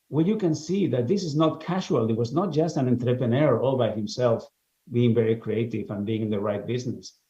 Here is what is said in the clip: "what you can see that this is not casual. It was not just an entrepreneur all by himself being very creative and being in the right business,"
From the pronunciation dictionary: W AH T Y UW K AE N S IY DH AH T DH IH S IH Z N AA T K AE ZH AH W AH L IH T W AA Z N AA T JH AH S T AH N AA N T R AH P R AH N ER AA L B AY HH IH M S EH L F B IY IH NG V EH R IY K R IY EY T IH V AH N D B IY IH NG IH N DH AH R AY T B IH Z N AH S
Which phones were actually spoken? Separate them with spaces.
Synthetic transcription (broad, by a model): W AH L Y UW K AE N S IY DH AH T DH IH S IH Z N AA T K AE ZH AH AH L IH T W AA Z N AA T JH AH S T AH N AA N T R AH P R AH N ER AA L B AY HH IH M S EH L F B IY IH NG V EH R IY K R IY EY T IH V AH N B IY IH NG IH N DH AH R AY T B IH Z N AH S